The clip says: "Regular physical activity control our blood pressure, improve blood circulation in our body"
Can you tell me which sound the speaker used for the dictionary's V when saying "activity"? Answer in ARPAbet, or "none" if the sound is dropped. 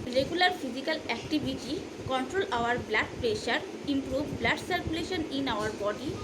B